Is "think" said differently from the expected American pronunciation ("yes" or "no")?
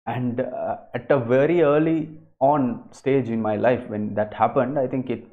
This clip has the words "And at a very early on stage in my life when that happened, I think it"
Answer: yes